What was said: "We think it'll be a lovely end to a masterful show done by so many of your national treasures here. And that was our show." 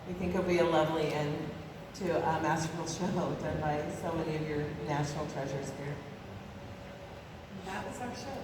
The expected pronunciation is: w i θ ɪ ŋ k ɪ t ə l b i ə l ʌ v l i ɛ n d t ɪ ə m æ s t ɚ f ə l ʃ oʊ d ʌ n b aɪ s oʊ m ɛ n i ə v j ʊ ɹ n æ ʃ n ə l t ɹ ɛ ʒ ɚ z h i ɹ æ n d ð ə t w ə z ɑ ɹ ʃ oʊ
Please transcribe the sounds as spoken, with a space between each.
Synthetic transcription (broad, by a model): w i θ ɪ ŋ k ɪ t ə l b i ə l ʌ v l i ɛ n t ɪ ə m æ s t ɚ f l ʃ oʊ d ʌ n b aɪ s oʊ m ɛ n i ə v j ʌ ɹ n æ ʃ n l t ɹ ɛ ʒ ɚ z h i ɹ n ð ə t w ə z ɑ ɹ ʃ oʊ